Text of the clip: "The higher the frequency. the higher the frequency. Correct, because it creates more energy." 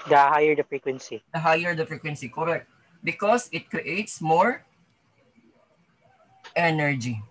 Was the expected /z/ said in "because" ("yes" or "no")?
no